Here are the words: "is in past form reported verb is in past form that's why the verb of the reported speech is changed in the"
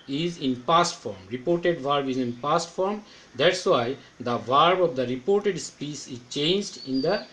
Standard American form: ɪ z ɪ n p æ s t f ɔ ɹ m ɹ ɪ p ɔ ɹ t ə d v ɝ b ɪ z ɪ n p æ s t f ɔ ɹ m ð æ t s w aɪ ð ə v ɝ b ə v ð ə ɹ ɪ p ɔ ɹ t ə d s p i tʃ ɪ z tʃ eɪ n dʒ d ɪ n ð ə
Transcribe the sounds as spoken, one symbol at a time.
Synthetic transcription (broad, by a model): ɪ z ɪ n p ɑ s t f ɔ ɹ m ɹ ɪ p ɔ ɹ t ə d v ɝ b ɪ z ɪ n p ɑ s t f ɔ ɹ m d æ t s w aɪ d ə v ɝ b ə v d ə ɹ ɪ p ɔ ɹ t ə d s p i s ɪ z tʃ eɪ n dʒ d ɪ n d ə